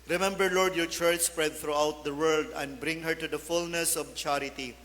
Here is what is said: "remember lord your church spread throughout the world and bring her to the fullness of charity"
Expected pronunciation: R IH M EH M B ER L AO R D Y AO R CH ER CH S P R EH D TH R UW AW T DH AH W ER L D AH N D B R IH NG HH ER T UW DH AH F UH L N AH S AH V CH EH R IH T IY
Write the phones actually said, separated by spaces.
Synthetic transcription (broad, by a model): R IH M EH M B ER L AO R D Y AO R CH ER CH S P R EH D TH R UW AW T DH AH W ER L D AH N D B R IH NG HH ER T UW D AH F UH L N AH S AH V CH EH R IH T IY